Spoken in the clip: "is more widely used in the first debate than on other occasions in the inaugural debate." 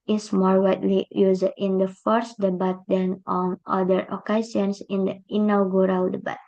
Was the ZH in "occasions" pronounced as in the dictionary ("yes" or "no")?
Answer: no